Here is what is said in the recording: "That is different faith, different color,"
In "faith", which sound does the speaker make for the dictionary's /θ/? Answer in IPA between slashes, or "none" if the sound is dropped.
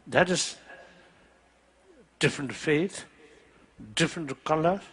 /t/